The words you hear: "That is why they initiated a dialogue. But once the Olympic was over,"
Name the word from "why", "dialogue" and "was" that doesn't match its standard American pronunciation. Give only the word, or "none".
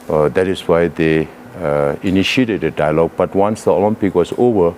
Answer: was